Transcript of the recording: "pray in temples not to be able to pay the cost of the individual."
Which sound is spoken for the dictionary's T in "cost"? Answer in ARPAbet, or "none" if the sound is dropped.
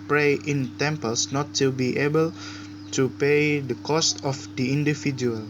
T